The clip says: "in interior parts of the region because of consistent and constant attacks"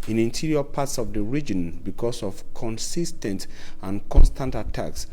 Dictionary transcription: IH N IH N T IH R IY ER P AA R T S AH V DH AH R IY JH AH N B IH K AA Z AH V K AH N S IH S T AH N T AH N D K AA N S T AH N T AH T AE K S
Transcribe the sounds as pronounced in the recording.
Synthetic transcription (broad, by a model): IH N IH N T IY R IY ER P AA T S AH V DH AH R IY JH AH N B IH K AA S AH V K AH N S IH S T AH N T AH N K AA N S T AH N T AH T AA K S